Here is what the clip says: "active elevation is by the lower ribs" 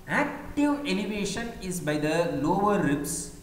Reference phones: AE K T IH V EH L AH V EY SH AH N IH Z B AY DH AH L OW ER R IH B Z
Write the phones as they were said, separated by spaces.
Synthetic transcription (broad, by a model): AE K T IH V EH N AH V EY SH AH N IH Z B AY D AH L OW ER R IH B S